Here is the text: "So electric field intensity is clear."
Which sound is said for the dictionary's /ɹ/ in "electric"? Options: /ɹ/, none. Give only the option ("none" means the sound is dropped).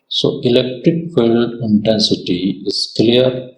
/ɹ/